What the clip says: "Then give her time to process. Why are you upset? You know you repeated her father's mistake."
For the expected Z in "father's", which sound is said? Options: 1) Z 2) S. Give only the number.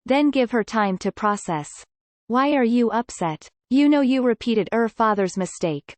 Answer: 1